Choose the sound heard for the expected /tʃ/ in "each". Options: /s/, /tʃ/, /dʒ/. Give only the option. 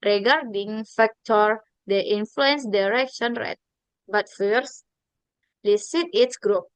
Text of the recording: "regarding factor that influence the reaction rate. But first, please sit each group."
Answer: /s/